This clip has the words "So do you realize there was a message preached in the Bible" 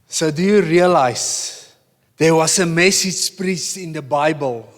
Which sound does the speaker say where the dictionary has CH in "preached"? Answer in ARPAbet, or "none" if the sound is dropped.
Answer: S